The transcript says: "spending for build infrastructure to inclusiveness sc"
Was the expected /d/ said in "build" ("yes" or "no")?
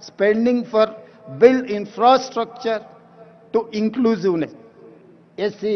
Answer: no